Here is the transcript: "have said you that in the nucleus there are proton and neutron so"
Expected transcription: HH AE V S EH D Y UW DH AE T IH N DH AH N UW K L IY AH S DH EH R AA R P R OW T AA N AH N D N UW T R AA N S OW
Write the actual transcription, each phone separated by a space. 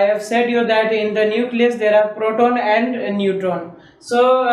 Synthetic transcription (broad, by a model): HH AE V S EH D Y UW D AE T IH N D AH N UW K L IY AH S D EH R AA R P R OW T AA N AH N D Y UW T AA N S OW